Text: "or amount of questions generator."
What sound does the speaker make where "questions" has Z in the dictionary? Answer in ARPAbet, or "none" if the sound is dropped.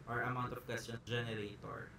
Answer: none